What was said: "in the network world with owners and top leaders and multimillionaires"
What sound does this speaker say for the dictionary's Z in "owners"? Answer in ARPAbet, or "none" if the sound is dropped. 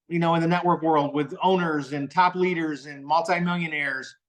Z